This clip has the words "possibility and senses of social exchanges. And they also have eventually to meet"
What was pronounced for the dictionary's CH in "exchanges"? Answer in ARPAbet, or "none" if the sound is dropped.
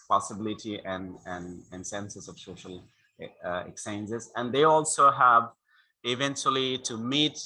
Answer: none